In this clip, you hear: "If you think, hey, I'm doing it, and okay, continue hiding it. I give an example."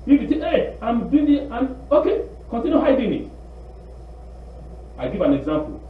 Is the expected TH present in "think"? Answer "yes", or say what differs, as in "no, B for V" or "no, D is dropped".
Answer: no, T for TH